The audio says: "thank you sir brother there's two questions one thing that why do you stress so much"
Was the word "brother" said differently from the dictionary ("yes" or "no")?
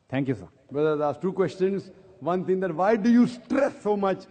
yes